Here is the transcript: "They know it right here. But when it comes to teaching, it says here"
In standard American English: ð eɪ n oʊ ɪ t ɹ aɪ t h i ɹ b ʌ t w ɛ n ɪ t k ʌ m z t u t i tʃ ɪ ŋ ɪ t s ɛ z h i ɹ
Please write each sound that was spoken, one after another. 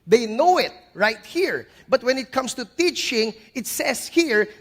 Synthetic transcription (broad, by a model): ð eɪ n oʊ ɪ t ɹ aɪ t h i ɹ b ʌ t w ɛ n ɪ t k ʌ m s t u t i tʃ ɪ ŋ ɪ t s ɛ s h i ɹ